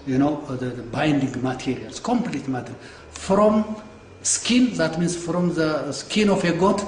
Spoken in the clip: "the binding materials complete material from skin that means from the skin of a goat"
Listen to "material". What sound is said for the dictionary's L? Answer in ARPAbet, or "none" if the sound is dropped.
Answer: N